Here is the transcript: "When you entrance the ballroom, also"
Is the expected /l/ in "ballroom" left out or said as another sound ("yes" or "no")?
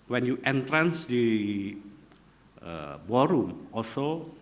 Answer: yes